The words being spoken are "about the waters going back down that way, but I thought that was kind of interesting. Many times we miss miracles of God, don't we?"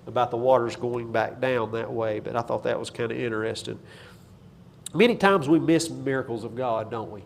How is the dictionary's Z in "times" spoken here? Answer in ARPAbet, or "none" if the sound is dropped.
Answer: Z